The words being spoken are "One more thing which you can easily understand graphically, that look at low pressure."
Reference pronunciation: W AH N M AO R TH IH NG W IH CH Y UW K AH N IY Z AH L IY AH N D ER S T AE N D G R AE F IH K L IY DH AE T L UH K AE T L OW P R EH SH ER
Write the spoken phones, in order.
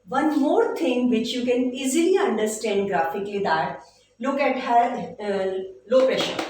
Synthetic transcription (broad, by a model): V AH N M AO R T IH NG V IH CH Y UW K AH N IY Z AH L IY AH N D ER S T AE N D G R AE F IH K L IY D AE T L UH K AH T L OW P R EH SH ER